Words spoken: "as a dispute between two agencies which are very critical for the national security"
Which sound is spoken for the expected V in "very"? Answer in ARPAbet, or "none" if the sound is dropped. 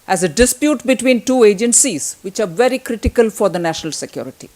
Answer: V